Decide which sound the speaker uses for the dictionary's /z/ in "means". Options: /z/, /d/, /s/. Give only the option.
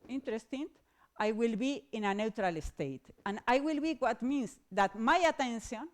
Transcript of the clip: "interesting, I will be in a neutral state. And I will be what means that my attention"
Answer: /s/